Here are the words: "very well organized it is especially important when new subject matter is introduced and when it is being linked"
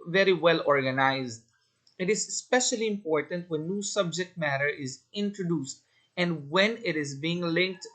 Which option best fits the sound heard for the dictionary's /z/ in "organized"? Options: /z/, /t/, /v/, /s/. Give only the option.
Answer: /z/